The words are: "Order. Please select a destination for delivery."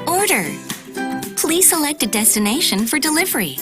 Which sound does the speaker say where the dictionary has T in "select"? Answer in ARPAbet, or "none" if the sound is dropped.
T